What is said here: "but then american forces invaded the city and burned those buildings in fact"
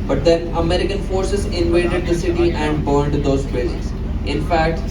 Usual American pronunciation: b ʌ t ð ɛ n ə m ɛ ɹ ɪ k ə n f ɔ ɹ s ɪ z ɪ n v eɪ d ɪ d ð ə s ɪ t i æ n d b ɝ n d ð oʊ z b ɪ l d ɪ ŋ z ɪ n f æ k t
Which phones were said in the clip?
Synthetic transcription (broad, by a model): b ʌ t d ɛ n ə m ɛ ɹ ɪ k ə n f ɔ ɹ s ɪ z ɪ n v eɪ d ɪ d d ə s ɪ t i æ n d b ɝ n d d oʊ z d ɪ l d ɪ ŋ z ɪ n f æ k t